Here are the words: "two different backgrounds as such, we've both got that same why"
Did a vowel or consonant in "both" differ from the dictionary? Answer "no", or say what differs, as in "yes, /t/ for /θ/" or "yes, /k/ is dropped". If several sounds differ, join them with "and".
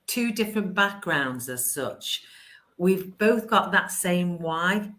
no